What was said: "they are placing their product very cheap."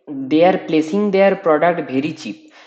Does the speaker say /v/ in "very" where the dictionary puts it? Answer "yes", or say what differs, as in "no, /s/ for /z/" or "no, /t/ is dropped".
no, /b/ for /v/